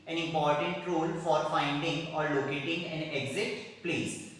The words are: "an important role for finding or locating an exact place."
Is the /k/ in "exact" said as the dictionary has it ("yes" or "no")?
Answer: no